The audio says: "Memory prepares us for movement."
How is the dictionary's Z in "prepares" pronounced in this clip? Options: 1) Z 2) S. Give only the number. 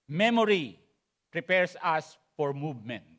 2